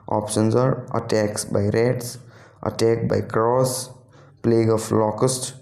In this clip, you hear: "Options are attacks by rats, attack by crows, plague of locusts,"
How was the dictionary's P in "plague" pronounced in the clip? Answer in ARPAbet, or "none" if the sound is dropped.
P